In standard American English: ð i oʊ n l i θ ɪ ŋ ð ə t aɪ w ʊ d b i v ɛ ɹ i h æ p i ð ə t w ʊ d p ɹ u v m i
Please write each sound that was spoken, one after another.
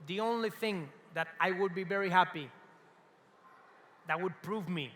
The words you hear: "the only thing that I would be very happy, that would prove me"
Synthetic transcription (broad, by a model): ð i oʊ n l i θ ɪ ŋ ð ə t aɪ w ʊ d b i v ɛ ɹ i h æ p i ð ə t w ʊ d p ɹ u v m i